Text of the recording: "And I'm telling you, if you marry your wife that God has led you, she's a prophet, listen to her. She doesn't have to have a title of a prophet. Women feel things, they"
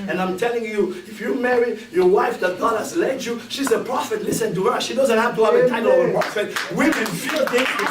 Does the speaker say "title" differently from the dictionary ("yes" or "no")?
yes